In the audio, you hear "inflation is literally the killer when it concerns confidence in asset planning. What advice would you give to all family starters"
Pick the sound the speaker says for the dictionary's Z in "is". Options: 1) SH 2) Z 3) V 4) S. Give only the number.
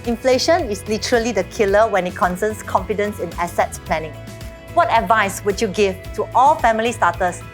4